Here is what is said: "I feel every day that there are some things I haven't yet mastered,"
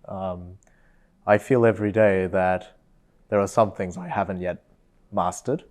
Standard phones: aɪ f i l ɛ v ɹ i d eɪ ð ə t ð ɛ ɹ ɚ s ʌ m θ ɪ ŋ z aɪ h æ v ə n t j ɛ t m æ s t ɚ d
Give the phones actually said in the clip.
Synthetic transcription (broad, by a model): aɪ f i l ɛ v ɹ i d eɪ ð ə t ð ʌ ɹ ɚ s ʌ m θ ɪ ŋ z aɪ h æ v ə n t j ɛ t m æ s t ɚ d